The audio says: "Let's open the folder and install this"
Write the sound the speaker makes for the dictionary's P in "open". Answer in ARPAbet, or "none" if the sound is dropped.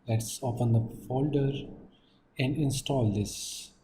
F